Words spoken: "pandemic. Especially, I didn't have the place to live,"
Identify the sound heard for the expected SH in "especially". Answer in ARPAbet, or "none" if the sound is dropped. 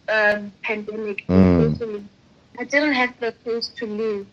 none